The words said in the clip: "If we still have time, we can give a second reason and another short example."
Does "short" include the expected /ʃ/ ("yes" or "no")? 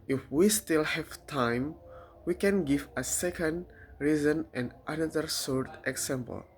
no